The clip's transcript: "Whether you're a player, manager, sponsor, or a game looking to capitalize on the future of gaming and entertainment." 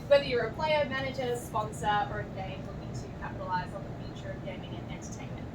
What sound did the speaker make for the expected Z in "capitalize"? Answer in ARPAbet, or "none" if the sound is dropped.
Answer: Z